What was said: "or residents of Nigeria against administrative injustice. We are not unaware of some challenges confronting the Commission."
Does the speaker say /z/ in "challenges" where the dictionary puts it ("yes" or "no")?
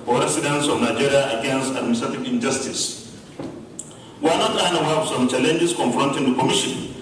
no